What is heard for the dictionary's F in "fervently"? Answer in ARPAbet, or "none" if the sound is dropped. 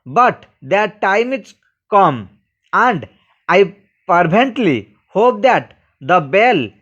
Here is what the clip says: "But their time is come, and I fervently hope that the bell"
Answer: P